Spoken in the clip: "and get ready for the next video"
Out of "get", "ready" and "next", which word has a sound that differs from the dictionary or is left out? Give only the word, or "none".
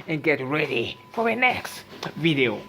none